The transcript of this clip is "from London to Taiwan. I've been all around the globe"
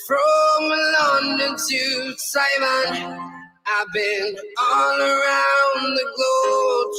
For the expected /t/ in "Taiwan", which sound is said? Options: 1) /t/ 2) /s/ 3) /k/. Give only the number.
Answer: 2